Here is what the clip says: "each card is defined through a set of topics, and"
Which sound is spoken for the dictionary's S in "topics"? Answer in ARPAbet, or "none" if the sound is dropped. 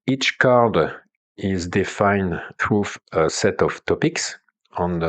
S